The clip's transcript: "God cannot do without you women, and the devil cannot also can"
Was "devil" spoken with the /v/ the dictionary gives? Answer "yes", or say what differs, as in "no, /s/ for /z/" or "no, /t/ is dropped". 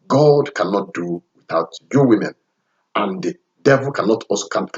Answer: yes